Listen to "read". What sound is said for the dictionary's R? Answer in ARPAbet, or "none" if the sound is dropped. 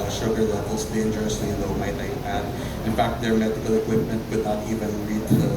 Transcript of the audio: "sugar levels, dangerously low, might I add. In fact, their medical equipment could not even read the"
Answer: L